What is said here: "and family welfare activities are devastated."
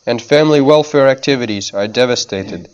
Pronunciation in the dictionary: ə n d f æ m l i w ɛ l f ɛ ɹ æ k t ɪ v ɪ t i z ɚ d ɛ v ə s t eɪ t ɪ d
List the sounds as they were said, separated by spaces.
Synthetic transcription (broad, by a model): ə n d f æ m l i w ɛ l f ɛ ɹ æ k t ɪ v ɪ t i z ɚ d ɛ v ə s t eɪ t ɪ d